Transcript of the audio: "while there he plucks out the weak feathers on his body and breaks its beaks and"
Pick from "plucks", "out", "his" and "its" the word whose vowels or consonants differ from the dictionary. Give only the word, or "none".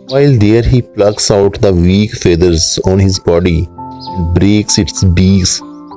none